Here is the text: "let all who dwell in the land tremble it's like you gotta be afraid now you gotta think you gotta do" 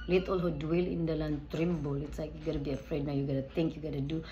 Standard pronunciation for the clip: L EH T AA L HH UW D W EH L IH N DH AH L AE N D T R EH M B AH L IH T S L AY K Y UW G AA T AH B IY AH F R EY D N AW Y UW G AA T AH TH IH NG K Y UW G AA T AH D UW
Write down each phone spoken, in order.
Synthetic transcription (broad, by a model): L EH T AA L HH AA D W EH L IH N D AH L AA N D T R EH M B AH L IH T S L AY K Y UW G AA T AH B IY AH F R EY D N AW Y UW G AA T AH T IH NG K Y UW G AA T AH D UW